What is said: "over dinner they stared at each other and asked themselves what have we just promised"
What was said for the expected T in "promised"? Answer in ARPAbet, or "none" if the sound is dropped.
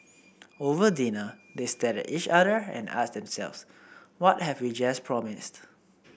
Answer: T